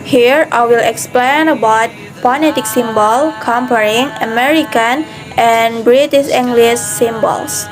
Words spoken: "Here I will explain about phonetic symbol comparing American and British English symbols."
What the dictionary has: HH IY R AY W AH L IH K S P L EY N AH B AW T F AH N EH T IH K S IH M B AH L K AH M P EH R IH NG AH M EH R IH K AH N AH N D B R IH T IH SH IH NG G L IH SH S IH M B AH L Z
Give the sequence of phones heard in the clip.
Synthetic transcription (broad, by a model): HH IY R AY W AH L IH K S P L EY N AH B AW T P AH N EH T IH K S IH M B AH L K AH M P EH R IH NG AH M EH R IH K AH N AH N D B R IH T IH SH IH NG G L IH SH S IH M B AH L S